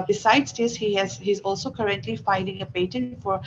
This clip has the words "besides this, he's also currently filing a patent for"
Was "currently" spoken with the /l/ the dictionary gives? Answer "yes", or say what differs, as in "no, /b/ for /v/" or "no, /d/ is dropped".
yes